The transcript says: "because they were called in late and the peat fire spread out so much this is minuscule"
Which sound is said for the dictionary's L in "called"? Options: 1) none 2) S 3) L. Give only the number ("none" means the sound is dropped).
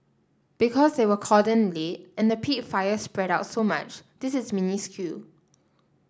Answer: 1